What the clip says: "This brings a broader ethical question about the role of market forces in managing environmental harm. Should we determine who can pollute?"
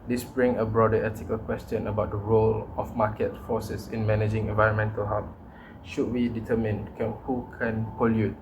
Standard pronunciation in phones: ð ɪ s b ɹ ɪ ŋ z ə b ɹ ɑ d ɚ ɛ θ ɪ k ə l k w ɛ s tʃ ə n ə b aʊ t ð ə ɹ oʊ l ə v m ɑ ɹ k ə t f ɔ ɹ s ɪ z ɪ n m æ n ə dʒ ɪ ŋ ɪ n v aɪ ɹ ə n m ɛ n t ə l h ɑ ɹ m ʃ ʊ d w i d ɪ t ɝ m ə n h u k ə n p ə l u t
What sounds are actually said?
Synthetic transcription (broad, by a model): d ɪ s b ɹ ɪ ŋ ə b ɹ ɑ d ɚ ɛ t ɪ k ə l k w ɛ s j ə n ə b aʊ t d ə ɹ oʊ l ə f m ɑ k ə t f ɔ s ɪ s ɪ n m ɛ n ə dʒ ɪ ŋ ɪ n v aɪ ɹ ə n m ɛ n t ə l h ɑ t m ʃ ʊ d w i d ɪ t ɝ m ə n h u k ə n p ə l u t